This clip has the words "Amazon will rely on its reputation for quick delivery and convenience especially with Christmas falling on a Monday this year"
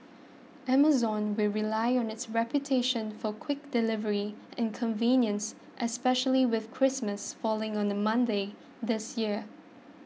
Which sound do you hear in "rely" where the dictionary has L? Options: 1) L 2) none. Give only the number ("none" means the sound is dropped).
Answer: 1